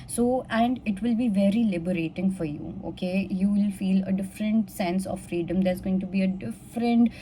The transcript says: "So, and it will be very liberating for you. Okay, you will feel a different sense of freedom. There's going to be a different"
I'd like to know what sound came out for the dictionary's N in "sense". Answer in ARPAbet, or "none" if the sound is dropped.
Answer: N